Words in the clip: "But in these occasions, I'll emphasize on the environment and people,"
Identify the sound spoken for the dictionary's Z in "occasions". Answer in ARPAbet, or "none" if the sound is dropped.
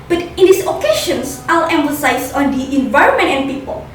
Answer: S